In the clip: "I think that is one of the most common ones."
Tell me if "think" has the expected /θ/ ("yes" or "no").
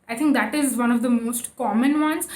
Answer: no